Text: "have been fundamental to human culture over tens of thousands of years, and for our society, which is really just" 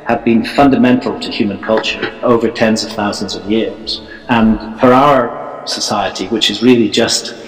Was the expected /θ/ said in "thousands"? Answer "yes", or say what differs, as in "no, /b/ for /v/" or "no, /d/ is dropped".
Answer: yes